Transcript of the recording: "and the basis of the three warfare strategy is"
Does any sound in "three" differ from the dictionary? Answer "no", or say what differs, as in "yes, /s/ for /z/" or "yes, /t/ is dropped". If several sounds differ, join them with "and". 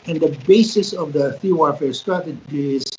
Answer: yes, /ɹ/ is dropped